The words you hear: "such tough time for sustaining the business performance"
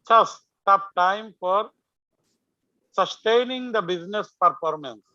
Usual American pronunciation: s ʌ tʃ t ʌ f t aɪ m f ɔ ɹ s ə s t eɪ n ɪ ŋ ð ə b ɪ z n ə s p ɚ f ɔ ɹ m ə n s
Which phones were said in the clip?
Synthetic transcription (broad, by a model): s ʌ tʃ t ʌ p t aɪ m f ɔ ɹ s ə s t eɪ n ɪ ŋ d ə b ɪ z n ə s p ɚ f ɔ ɹ m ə n s